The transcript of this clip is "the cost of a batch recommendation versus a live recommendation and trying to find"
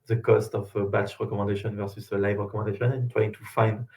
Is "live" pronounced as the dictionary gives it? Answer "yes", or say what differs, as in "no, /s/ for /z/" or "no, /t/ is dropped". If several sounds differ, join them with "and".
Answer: yes